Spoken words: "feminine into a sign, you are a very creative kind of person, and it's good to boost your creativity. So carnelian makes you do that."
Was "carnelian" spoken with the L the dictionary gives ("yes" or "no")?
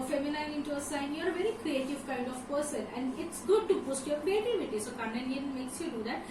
no